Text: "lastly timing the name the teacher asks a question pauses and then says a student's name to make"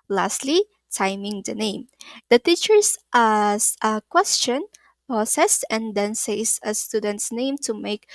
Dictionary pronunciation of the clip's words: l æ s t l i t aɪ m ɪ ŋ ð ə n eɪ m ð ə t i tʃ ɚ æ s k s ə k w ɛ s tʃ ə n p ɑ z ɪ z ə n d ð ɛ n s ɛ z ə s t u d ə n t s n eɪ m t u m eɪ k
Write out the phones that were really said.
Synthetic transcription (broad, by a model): l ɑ s t l i t aɪ m ɪ ŋ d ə n eɪ m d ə t i tʃ ɚ s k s ə k w ɛ s tʃ ə n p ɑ s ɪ s ə n d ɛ n s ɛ s ə s t u d ə n t s n eɪ m t u m eɪ k